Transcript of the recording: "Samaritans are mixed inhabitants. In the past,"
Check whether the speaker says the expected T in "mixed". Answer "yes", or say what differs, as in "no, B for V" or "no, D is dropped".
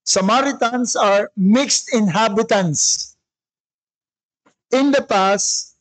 yes